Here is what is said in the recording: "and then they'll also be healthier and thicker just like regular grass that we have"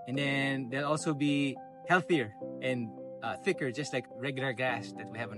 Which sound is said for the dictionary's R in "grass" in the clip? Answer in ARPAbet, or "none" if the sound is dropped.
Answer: none